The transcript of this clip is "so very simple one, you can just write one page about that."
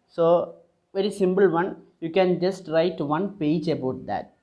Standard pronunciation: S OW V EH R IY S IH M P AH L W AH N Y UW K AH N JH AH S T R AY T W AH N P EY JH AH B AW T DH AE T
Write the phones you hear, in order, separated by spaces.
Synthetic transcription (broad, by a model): S OW V EH R IY S IH M P AH L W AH N Y UW K AH N JH AH S T R AY T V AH N P EY JH AH B AW T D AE T